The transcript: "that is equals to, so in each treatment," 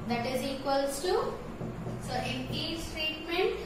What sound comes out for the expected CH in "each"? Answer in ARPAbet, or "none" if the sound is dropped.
S